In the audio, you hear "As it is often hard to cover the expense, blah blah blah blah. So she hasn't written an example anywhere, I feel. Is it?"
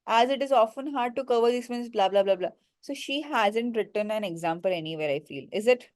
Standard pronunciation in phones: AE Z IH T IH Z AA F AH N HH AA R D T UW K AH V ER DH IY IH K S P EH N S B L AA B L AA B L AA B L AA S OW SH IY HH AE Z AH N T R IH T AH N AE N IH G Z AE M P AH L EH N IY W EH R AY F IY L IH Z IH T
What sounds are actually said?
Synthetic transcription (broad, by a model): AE Z IH T IH Z AA F AH N HH AA R D T UW K AH V ER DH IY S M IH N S B L AA B L AA B L AA B L AA S OW SH IY HH AE Z AH N T R IH T AH N AE N IH G Z AE M P AH L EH N IY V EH R AY F IY L IH Z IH T